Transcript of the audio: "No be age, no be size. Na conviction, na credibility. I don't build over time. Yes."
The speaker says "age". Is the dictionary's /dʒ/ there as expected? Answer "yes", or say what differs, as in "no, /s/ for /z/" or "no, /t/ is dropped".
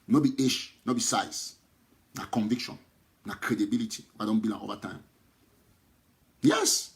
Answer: no, /ʃ/ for /dʒ/